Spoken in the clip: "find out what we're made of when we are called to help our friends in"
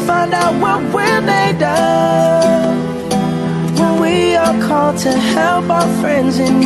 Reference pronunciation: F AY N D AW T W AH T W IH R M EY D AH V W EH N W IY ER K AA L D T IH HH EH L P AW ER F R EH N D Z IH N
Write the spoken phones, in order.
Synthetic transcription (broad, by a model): F AY N D AW T W AH T W IH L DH EY D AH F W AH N W IY ER K AA L D T IH HH EH L P AW ER F R EH N D Z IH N